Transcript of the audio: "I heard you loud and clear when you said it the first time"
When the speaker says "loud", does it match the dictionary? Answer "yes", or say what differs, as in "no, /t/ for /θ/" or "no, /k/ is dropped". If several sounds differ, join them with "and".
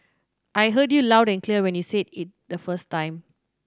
yes